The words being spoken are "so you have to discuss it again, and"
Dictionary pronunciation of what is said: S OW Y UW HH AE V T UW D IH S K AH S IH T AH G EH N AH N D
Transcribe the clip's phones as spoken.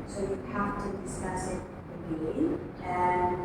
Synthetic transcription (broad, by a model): S OW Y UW HH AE F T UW D IH S K AH S IH T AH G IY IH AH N